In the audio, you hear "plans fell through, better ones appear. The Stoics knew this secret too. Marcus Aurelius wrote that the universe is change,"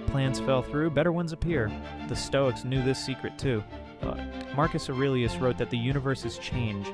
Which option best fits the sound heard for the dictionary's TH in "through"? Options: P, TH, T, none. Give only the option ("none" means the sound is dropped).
TH